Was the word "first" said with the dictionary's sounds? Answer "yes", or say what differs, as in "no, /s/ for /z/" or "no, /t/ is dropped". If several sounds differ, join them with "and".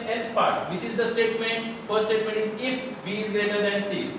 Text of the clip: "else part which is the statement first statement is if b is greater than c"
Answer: no, /s/ is dropped